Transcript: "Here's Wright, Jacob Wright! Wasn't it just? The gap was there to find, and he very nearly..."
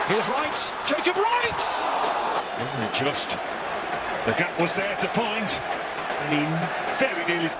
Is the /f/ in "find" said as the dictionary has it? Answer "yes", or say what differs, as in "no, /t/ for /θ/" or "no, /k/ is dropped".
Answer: no, /p/ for /f/